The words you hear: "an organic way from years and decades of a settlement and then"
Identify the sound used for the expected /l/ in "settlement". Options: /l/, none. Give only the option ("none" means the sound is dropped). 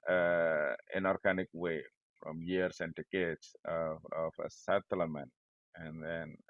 none